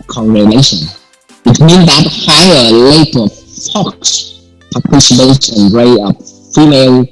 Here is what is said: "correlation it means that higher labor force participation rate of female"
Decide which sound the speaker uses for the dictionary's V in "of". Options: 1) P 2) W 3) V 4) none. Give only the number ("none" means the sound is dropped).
1